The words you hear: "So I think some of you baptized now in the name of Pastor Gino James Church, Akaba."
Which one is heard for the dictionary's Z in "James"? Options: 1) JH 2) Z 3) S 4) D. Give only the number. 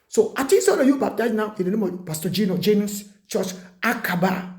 3